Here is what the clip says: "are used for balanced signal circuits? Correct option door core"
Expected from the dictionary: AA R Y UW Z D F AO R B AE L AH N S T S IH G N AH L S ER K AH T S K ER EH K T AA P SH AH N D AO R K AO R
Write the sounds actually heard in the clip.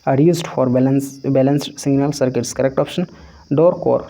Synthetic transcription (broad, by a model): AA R Y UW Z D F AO R B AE L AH N S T S IH G N AH L S ER K AH T S K ER EH K T AA P SH AH N D AO R K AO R